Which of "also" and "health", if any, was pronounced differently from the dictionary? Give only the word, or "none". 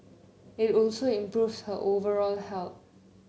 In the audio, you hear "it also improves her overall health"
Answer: health